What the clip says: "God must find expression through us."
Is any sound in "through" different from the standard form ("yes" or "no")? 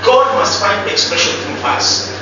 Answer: yes